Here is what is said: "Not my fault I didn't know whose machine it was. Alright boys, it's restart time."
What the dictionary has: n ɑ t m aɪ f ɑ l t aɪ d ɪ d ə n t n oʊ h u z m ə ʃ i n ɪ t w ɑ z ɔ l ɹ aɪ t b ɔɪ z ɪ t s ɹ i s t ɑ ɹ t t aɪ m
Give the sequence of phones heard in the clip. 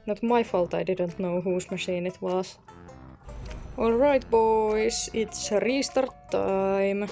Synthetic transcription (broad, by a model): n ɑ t m aɪ f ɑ l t aɪ d ɪ d ə n t n oʊ h u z m ə ʃ i n ɪ t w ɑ s ɔ l ɹ aɪ t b ɔɪ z ɪ t s ɹ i s t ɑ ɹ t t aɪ m